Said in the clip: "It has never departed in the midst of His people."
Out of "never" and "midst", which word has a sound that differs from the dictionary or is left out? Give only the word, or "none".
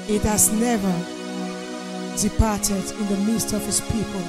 none